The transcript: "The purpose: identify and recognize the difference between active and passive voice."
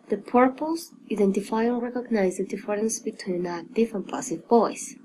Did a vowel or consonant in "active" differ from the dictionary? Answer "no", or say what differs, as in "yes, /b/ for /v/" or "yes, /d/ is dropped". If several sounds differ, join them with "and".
yes, /f/ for /v/